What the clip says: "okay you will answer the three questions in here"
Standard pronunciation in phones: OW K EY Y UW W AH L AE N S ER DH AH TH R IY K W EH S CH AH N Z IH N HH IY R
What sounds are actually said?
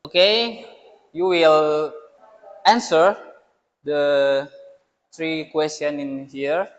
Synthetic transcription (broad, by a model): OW K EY Y UW W AH L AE N S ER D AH T R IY K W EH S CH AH N IH N HH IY R